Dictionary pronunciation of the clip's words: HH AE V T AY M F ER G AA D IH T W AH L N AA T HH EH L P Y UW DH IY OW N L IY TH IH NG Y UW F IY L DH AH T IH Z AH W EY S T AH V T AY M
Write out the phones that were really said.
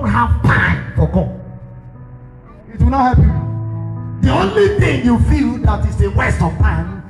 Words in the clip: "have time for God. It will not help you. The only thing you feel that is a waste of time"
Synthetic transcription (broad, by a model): HH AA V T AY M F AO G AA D IH T W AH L N AA T HH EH P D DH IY OW N L IY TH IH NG Y UW F IY L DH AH T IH S AH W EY S T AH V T AY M